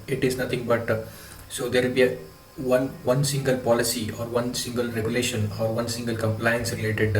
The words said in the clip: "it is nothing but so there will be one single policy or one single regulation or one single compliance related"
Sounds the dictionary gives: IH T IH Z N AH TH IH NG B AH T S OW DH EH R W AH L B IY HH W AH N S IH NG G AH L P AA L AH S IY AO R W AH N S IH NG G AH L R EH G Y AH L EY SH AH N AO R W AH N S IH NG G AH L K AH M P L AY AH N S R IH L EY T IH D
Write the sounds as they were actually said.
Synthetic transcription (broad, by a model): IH T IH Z N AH T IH NG B AH T S OW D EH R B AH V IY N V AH N S IH NG G AH L P AA L AH S IY AO R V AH N S IH NG G AH L R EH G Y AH L EY SH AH N AO R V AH N S IH NG G AH L K AH M P L AY AH N S R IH L EY T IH D